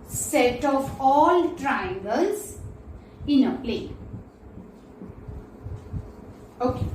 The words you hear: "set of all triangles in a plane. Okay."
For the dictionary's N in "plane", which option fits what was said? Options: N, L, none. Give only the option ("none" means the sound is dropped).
none